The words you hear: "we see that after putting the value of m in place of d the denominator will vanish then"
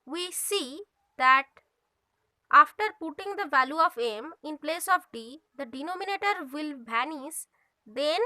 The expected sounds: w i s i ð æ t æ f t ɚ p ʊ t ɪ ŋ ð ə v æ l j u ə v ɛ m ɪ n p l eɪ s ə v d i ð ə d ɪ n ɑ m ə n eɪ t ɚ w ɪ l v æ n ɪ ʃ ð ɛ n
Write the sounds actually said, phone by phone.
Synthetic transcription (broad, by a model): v i s i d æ t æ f t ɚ p ʊ t ɪ ŋ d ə v æ l j u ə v ɛ m ɪ n p l eɪ s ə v d i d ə d ɪ n ɑ m ə n eɪ t ɚ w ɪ l b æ n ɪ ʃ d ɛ n